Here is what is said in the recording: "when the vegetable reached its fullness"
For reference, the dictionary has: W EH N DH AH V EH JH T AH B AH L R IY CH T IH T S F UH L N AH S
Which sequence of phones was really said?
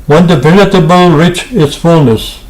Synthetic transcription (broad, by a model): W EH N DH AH P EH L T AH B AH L R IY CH IH T S F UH L N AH S